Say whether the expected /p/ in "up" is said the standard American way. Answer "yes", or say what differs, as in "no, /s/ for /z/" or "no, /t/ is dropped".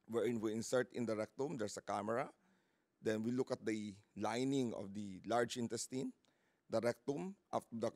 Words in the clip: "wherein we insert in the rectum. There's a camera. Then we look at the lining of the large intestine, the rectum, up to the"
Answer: no, /f/ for /p/